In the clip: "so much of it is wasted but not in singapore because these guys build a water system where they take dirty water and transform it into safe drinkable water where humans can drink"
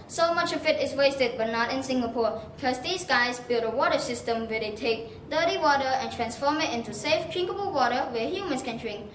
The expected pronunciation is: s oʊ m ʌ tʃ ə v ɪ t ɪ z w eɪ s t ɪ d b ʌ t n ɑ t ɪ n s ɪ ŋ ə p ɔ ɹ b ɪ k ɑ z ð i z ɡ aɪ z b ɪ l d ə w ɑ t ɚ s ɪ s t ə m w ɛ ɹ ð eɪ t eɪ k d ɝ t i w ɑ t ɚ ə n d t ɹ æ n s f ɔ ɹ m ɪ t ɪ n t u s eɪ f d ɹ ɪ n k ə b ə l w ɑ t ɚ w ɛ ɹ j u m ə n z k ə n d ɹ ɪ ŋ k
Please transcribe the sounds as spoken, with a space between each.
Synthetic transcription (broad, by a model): s oʊ m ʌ tʃ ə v ɪ t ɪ s w eɪ s t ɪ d b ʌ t n ɑ t ɪ n s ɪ ŋ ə p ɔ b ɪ k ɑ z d i s ɡ aɪ s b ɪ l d ə w ɑ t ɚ s ɪ s t ə m w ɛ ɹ eɪ t eɪ k d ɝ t i w ɑ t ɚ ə n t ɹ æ n s f ɔ m ɪ t ɪ n t u s eɪ f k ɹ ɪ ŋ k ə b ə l w ɑ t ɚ w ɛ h j u m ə n s k ə n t ɹ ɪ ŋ